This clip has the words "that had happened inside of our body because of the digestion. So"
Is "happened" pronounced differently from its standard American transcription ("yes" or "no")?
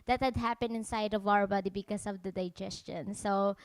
yes